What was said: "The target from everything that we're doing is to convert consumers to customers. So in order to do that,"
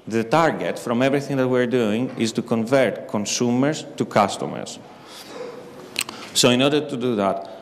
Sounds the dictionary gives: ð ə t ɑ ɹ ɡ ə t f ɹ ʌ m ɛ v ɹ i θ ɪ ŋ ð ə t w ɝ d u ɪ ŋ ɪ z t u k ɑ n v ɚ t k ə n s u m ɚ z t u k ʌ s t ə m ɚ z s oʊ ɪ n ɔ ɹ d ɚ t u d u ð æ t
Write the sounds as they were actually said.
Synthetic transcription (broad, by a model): ð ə t ɑ ɹ ɡ ə t f ɹ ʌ m ɛ v ɹ i θ ɪ ŋ ð ə t w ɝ d u ɪ ŋ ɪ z t u k ɑ n v ɚ t k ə n s u m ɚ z t u k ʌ s t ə m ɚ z s oʊ ɪ n ɔ ɹ d ɚ t u d u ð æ t